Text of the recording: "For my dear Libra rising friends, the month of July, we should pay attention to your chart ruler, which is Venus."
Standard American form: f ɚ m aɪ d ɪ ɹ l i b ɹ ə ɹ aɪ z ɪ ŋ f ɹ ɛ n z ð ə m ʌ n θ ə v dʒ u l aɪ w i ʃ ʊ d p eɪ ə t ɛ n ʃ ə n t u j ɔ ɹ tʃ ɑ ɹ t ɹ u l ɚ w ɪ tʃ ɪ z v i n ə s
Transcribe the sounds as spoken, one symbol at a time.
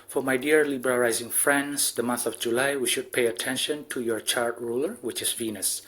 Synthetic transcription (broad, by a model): f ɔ m aɪ d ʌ ɹ l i b ɹ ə l aɪ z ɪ ŋ f ɹ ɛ n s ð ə m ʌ n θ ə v dʒ u l aɪ w i ʃ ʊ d p eɪ ə t ɛ n ʃ ə n t u j ɔ ɹ tʃ ɑ ɹ t ɹ u l ɚ w ɪ tʃ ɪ s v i n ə s